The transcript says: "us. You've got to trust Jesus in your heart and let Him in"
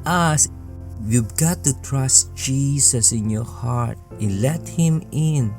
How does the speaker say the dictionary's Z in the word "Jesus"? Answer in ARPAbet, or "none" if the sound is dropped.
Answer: S